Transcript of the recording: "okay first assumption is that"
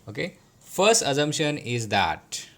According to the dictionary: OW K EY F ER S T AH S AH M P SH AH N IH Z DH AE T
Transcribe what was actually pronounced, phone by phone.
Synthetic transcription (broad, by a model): OW K EY F ER S T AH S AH M P SH AH N IH Z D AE T